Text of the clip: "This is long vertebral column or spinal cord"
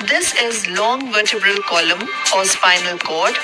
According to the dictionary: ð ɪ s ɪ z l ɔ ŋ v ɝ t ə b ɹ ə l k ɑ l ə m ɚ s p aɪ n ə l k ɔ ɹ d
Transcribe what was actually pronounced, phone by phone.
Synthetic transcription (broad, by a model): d ɪ s ɪ z l ɔ ŋ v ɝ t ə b ə l k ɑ l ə m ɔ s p aɪ n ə l k ɔ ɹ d